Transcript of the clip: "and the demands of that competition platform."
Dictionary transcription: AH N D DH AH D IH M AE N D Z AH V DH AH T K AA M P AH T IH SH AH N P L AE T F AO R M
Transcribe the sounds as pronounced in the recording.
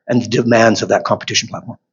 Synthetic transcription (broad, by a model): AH N DH AH D IH M AE N D Z AH V DH AH T K AA M P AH T IH SH N P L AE T F AO R M